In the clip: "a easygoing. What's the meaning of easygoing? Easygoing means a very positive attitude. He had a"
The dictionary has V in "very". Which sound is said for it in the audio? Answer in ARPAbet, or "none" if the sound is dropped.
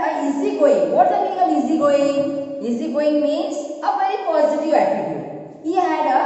P